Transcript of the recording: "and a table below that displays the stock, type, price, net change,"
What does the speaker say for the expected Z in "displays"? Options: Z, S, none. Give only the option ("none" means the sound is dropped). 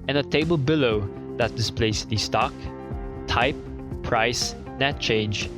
S